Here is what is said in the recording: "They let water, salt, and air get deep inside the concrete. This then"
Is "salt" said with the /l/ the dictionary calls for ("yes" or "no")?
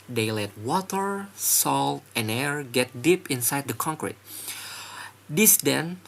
yes